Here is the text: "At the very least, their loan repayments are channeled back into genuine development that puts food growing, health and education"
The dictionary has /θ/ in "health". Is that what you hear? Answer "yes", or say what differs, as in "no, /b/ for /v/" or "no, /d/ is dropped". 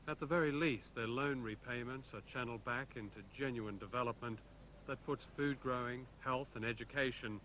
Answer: yes